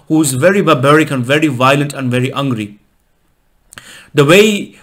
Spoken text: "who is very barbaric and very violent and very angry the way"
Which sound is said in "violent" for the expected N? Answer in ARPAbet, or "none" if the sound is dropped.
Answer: N